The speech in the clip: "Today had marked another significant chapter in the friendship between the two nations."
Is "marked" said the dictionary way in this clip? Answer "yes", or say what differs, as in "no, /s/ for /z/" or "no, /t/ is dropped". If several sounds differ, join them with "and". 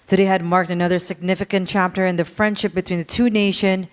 yes